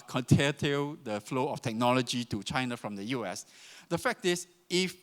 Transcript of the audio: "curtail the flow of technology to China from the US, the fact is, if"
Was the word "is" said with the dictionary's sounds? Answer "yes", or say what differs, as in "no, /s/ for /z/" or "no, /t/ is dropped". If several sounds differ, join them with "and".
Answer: no, /s/ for /z/